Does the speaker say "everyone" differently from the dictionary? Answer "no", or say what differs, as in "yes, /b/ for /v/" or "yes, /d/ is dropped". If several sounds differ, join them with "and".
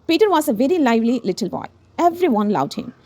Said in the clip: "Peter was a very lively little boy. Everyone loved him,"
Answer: no